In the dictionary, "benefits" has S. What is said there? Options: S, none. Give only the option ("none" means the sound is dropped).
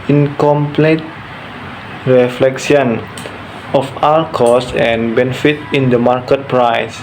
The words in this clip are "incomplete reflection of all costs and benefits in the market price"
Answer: none